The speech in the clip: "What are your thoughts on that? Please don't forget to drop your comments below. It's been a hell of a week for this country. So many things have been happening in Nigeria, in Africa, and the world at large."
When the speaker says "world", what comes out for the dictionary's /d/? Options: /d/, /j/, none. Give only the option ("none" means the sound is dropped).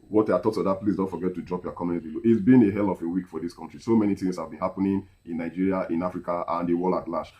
none